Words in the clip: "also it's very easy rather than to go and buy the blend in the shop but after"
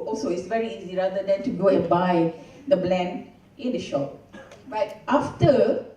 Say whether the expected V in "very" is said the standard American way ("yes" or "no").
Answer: yes